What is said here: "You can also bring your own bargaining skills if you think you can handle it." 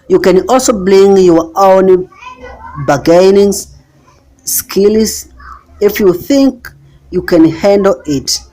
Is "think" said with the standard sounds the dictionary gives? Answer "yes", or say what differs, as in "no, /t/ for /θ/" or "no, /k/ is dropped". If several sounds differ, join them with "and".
yes